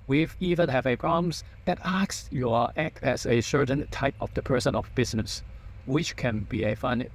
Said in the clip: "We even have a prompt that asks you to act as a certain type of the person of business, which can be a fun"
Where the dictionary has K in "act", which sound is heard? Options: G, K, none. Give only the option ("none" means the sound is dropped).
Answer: K